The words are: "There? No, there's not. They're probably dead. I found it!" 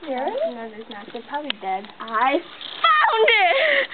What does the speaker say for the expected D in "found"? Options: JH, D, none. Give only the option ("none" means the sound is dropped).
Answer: D